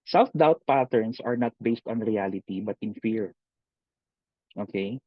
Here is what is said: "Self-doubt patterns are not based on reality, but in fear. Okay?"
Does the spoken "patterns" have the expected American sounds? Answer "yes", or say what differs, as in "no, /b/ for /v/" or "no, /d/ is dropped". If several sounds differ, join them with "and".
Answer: no, /s/ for /z/